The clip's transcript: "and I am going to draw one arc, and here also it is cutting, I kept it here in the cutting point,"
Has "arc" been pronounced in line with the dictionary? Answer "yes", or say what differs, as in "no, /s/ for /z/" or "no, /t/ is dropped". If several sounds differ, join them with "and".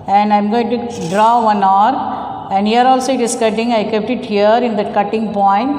no, /k/ is dropped